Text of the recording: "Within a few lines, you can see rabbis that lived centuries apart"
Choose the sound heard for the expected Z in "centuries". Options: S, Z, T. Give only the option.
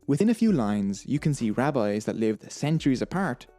Z